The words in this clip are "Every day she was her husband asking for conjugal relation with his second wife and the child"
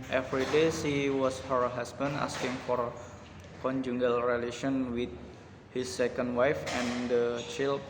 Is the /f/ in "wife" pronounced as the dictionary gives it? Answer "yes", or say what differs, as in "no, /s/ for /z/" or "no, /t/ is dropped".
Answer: yes